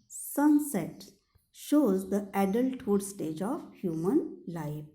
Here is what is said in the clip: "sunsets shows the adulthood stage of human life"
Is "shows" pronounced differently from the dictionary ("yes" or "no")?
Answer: no